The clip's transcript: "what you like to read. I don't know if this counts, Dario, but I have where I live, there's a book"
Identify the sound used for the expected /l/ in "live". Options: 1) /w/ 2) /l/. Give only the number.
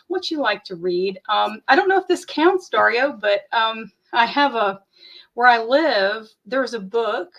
2